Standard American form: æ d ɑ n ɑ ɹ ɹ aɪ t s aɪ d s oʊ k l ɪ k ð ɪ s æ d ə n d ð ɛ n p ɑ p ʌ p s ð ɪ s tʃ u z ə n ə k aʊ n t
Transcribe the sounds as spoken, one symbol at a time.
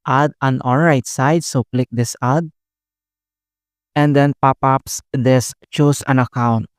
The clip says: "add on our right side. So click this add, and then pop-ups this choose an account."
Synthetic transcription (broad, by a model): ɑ d ɑ n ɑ l ɹ aɪ t s aɪ d s oʊ k l ɪ k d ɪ s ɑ d ə n d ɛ n p ɑ p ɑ p s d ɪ s tʃ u s ə n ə k aʊ n t